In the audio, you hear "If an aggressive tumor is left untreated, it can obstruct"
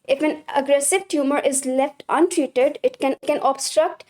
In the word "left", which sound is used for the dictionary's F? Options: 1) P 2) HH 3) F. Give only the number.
3